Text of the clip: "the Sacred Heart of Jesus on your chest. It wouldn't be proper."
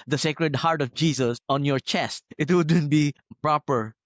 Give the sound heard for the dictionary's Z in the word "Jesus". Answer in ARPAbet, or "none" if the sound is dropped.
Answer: S